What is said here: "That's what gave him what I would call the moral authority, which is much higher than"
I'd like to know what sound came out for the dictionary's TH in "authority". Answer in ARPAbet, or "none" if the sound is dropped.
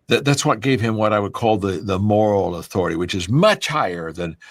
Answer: TH